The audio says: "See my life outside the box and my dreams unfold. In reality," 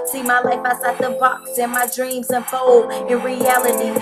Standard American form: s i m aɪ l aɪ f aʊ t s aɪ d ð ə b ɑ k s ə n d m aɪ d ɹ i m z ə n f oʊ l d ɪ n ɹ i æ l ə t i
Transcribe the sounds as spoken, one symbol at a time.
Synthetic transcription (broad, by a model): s i m aɪ l aɪ f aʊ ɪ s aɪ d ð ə b ɑ k s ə n m aɪ d ɹ i m z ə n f oʊ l ɪ n ɹ i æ l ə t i